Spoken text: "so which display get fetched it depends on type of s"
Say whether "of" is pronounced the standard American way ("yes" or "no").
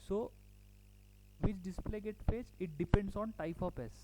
no